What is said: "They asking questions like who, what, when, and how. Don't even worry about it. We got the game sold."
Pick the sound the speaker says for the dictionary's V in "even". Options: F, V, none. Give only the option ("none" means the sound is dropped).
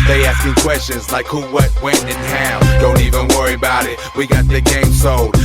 V